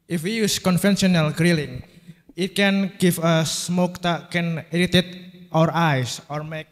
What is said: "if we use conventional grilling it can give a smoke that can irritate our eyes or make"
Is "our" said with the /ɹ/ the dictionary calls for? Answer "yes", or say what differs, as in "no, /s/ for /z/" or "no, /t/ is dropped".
yes